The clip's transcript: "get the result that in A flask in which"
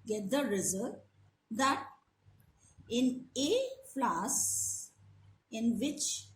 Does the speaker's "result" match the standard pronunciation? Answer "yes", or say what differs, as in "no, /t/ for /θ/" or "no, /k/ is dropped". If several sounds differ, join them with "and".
no, /l/ is dropped